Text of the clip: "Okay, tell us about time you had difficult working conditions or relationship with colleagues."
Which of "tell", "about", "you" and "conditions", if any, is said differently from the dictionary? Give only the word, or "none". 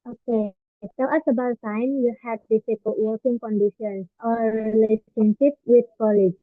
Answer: conditions